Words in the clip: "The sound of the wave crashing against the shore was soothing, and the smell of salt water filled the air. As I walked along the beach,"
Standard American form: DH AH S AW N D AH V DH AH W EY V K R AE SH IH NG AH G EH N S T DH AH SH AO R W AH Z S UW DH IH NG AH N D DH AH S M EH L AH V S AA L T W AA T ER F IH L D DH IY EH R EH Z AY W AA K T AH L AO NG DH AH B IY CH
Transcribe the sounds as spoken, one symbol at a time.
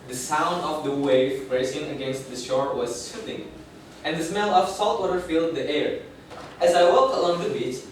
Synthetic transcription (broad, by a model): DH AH S AW N D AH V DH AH W EY V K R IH S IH NG AH G EH N S T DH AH SH AO R W AH Z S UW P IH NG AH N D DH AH S M EH L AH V S AA L T W AA T ER F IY L D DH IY EH R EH Z AY W AA K T AH L AO NG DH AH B IY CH